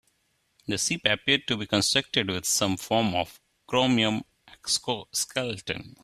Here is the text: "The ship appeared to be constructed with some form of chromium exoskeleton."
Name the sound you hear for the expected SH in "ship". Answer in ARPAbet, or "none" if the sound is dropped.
S